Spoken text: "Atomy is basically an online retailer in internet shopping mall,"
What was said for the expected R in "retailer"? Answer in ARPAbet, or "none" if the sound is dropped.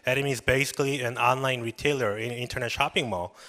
R